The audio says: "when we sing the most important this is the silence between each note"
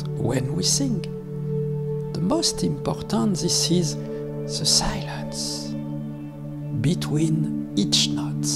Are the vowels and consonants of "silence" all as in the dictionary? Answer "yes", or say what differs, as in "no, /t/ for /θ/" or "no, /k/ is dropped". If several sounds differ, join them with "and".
yes